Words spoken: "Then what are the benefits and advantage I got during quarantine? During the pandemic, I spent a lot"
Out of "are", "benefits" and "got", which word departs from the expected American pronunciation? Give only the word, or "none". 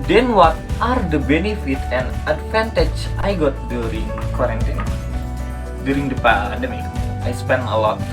benefits